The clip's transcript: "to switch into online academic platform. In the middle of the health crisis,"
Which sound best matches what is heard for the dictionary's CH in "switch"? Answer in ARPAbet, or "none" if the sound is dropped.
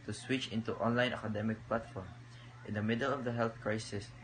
CH